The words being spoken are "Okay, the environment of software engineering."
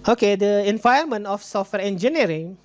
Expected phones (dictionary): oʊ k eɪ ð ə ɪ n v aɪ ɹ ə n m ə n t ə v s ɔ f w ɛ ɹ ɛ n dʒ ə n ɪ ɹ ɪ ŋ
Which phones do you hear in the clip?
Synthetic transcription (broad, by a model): oʊ k eɪ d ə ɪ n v aɪ ə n m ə n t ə f s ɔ f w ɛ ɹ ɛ n dʒ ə n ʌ ɹ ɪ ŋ